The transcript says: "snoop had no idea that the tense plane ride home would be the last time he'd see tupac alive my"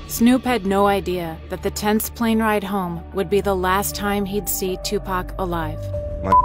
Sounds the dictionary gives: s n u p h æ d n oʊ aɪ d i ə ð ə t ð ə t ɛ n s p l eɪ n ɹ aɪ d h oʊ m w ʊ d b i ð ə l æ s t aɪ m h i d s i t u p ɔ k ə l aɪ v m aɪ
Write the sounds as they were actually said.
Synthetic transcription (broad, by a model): s n u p h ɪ d n oʊ aɪ d i ə ð ə t ð ə t ɛ n s p l eɪ n ɹ aɪ d h oʊ m w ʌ d b i ð ə l æ s t aɪ m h i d s i t u p ɔ k ə l aɪ v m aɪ